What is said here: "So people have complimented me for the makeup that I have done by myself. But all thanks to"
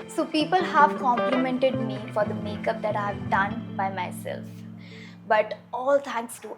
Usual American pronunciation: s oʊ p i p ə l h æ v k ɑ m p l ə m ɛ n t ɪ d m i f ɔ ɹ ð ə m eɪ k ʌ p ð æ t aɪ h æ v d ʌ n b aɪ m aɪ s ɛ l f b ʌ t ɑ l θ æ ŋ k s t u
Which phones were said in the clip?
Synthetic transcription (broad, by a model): s oʊ p i p ə l h æ v k ɑ m p l ə m ɛ n t ɪ d m i f ɔ ɹ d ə m eɪ k ʌ p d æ t aɪ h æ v d ʌ n b aɪ m aɪ s ɛ l f b ʌ t ɑ l t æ ŋ k s t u